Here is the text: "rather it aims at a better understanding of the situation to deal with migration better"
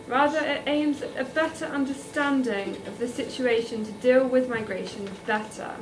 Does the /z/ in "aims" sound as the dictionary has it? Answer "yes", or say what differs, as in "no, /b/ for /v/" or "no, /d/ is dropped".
yes